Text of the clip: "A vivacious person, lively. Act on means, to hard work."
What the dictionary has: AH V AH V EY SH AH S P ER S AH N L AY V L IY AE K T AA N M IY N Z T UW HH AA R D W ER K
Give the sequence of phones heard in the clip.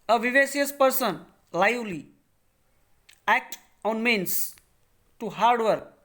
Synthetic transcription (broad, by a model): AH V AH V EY S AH S P ER S AH N L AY L IY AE K T AA N M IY N S T UW HH AA R D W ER K